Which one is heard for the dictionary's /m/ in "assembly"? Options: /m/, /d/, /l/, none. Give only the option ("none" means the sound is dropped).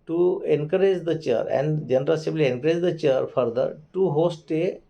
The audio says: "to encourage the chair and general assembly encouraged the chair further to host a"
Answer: none